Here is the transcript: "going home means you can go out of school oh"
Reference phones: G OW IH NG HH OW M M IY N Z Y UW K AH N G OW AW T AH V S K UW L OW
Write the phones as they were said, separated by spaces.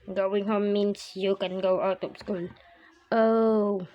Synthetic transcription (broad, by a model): G OW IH NG HH OW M M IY N S Y UW K AH N G OW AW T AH P S K UW L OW